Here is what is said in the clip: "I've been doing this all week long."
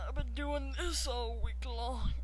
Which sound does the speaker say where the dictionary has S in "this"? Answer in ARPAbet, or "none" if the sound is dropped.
S